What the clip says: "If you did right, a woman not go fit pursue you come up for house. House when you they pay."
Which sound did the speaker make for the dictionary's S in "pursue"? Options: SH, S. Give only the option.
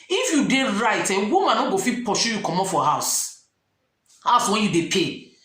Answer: SH